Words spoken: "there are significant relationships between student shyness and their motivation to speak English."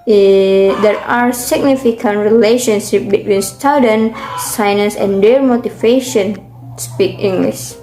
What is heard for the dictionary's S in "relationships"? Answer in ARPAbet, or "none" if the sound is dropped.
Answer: none